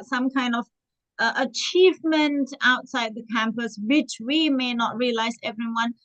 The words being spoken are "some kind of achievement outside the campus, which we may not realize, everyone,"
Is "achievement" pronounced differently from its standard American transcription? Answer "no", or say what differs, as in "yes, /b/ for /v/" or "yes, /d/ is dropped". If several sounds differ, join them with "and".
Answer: no